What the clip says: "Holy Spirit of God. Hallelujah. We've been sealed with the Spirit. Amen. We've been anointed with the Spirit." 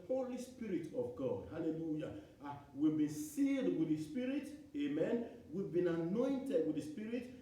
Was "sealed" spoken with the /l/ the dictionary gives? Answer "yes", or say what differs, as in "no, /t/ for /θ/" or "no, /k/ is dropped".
no, /l/ is dropped